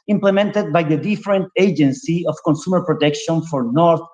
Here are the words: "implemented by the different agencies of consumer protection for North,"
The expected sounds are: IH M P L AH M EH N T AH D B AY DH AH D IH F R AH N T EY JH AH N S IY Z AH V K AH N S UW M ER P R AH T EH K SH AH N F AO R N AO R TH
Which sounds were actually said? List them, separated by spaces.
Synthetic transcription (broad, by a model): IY M P L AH M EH N T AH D B AY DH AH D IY F R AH N T EY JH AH N S IY AH F K AH N S UW M ER P R AH T EH K SH AH N F AO R N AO R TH